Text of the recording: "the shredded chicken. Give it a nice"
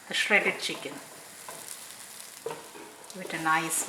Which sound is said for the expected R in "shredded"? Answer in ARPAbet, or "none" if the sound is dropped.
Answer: R